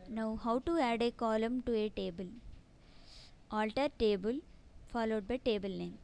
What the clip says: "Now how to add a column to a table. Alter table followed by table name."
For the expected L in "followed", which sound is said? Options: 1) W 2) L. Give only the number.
2